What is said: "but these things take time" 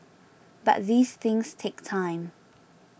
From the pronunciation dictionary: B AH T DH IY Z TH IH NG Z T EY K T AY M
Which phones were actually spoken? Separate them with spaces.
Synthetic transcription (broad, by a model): B AH T DH IY Z TH IH NG Z T EY K T AY M